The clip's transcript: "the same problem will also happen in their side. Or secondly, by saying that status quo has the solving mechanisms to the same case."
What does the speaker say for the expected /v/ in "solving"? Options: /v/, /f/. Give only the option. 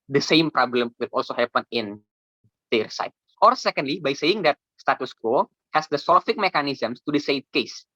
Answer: /f/